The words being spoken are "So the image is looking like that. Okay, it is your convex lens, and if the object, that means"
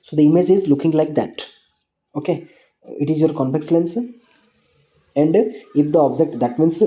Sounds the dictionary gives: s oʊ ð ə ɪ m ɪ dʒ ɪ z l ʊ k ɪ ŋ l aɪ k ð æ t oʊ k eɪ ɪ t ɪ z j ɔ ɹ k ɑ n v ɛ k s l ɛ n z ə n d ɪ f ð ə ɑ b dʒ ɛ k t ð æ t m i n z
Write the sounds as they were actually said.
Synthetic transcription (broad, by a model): s oʊ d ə ɪ m ɪ dʒ ɪ z l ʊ k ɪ ŋ l aɪ k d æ t oʊ k eɪ ɪ t ɪ z j ɔ ɹ k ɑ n p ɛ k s l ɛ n s ə n d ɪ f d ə ɑ b dʒ ɛ k t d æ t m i n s